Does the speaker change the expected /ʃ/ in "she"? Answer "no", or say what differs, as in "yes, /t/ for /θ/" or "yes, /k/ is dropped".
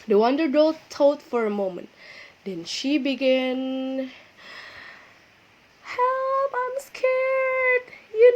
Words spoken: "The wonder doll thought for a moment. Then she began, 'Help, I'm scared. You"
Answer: no